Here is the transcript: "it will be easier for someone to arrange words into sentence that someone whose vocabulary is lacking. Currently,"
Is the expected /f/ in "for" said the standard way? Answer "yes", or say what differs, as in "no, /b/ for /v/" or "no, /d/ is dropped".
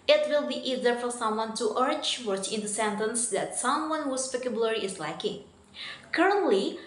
yes